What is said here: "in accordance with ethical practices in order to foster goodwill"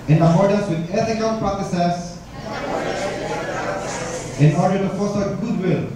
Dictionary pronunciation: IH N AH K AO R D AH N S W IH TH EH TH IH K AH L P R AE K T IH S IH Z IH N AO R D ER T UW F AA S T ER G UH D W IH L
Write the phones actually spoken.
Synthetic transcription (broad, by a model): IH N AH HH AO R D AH S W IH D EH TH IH K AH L P R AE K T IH S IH S IH N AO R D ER T UW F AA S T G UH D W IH L